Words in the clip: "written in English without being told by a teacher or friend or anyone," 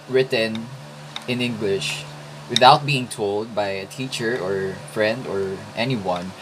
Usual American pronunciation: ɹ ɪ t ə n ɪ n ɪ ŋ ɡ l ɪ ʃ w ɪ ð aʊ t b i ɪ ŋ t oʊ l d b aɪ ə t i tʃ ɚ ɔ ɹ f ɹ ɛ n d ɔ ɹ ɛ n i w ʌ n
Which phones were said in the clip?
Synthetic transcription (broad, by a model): ɹ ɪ t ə n ɪ n ɪ ŋ ɡ l ɪ ʃ w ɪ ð aʊ t b i ɪ ŋ t oʊ l d b aɪ ə t i tʃ ɚ ɔ ɹ f ɹ ɛ n d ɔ ɹ ɛ n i w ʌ n